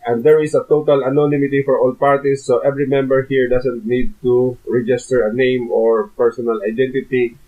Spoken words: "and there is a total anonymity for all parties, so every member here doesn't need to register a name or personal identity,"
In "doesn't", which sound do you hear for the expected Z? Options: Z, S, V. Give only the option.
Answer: S